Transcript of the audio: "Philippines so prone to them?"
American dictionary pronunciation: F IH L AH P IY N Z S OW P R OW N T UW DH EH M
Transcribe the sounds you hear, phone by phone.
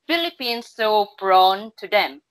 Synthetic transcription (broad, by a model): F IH L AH P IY N S OW B R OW N T UW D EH M